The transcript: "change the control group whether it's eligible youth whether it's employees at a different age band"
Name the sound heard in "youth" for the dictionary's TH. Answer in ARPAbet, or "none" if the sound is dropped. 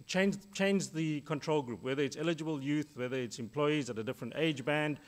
TH